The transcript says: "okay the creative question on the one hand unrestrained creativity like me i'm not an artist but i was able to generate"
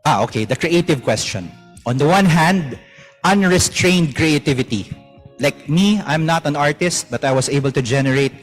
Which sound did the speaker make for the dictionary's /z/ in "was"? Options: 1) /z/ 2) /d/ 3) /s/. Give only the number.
3